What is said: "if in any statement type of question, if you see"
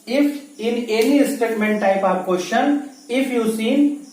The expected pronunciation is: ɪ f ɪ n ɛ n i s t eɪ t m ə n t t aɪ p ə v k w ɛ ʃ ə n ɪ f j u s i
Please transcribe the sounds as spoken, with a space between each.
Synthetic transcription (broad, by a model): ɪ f ɪ n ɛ l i s t eɪ t m ə n t t aɪ p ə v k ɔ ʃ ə n ɪ f j u s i